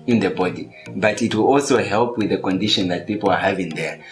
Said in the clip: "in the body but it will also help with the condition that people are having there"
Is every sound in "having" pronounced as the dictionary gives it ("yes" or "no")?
yes